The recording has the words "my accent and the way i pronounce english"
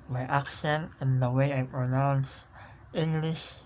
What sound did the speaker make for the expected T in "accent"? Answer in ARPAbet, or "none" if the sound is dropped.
none